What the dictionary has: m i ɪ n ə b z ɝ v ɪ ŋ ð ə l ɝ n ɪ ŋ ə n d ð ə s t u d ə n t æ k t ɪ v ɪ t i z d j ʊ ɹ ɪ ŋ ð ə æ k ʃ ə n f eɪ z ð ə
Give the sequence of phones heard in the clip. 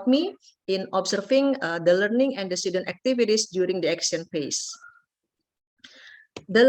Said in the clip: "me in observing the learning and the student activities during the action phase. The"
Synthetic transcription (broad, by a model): m i ɪ n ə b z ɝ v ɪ ŋ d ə l ɝ n ɪ ŋ ə n d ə s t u d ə n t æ k t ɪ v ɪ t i s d j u ɹ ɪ ŋ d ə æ k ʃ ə n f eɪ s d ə